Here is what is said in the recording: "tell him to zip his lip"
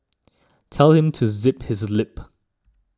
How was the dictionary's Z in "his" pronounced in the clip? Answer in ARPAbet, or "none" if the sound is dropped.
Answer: Z